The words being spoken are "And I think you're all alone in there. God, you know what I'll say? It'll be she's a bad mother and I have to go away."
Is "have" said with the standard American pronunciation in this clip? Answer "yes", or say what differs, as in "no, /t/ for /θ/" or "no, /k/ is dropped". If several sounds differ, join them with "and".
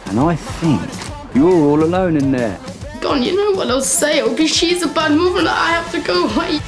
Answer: no, /f/ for /v/